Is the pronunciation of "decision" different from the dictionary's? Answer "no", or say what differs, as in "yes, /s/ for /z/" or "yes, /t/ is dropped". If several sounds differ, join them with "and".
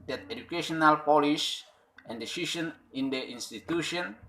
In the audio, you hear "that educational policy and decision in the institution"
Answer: yes, /ʃ/ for /ʒ/